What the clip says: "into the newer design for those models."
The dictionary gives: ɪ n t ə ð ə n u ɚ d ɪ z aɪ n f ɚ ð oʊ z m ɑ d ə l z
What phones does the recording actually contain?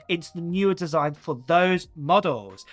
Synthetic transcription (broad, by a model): ɪ n t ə ð ə n u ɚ d ɪ z aɪ n f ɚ ð oʊ z m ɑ d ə l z